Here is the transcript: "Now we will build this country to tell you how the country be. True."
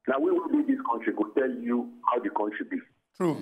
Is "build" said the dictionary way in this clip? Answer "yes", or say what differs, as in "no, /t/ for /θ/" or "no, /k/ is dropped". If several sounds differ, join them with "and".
no, /l/ is dropped